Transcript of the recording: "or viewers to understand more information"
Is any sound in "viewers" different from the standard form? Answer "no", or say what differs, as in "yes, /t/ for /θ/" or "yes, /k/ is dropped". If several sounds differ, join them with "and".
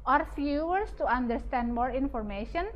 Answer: yes, /f/ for /v/ and /s/ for /z/